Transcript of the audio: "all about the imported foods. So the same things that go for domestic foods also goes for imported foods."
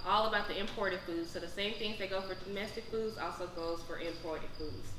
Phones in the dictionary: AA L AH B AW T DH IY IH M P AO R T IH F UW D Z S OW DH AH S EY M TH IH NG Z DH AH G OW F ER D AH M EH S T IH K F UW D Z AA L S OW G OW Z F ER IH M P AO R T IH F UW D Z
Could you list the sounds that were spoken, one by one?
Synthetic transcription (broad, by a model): AA L AH B AW T DH IY IH M P AO R T IH F UW D Z S OW DH AH S EY M TH IH NG Z DH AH G OW F ER D AH M EH S T IH K F UW D Z AA L S OW G OW Z F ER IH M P AO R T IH F UW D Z